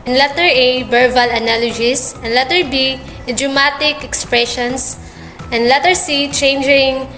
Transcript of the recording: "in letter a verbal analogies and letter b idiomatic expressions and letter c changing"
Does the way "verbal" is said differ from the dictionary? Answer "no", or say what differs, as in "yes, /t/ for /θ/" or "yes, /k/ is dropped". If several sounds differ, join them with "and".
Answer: yes, /b/ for /v/